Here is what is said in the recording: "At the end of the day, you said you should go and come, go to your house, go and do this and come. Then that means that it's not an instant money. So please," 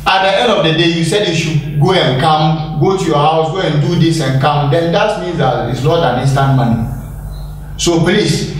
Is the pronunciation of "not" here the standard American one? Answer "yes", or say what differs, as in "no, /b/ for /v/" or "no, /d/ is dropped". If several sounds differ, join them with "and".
no, /l/ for /n/